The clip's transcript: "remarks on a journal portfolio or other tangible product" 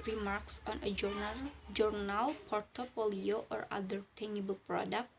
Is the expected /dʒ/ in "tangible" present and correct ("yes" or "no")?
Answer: no